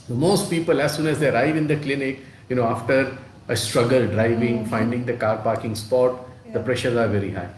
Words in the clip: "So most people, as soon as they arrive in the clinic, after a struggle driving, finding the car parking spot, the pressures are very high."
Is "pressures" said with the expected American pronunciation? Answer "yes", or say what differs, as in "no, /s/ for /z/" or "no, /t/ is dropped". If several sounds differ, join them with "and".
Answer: yes